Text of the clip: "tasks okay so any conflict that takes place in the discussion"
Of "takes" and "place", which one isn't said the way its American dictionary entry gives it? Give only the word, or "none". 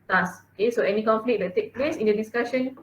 takes